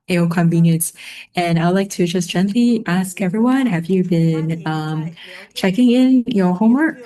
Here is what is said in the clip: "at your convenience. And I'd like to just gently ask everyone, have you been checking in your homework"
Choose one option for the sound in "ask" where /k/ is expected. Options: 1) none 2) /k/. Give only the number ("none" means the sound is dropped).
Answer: 2